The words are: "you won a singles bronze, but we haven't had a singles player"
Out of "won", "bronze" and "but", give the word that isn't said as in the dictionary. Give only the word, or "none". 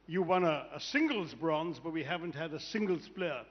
none